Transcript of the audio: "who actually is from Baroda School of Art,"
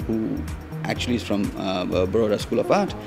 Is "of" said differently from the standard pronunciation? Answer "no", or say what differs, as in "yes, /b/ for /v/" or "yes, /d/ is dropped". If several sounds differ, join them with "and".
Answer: yes, /p/ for /v/